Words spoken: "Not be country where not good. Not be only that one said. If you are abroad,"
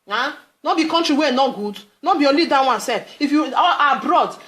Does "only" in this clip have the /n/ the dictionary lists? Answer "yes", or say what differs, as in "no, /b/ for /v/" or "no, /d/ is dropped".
no, /n/ is dropped